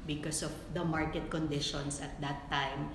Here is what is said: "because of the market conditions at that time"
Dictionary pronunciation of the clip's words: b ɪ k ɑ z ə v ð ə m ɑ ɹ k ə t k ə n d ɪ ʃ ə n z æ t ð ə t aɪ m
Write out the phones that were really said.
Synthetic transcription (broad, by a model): b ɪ k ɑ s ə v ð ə m ɑ ɹ k ə t k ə n d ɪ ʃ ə n s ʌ t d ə t aɪ m